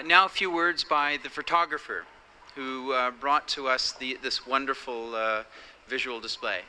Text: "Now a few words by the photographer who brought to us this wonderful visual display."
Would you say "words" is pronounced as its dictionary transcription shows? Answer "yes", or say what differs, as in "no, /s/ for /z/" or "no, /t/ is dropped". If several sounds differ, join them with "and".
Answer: yes